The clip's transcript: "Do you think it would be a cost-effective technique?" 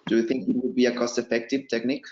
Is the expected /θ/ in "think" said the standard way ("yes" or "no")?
yes